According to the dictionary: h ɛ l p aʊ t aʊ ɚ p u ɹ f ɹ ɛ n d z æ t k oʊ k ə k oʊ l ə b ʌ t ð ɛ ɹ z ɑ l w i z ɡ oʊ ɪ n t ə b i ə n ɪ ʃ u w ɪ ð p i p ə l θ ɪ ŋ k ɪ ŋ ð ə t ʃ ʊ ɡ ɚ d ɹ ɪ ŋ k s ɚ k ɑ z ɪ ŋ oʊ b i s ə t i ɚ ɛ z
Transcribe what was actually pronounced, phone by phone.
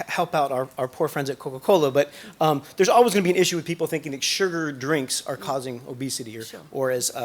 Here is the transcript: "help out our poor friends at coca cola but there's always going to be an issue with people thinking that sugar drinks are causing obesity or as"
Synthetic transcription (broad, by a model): h ɛ l p aʊ t aʊ ɚ p u ɹ f ɹ ɛ n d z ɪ t k oʊ k ə k oʊ l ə b ʌ t ð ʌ ɹ z ɑ l w i z ɡ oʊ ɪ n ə b i ə n ɪ ʃ u w ɪ ð p i p l θ ɪ ŋ k ɪ ŋ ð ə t ʃ ʊ ɡ ɚ d ɹ ɪ ŋ k s ɚ k ɑ z ɪ ŋ oʊ b i s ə t i ɚ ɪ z